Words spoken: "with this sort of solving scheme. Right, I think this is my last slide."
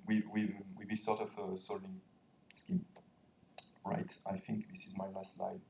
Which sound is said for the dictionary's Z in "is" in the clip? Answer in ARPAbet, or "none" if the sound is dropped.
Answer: Z